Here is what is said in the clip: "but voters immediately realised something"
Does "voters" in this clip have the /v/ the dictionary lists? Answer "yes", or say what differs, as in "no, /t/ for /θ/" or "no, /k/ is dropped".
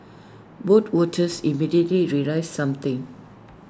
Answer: no, /w/ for /v/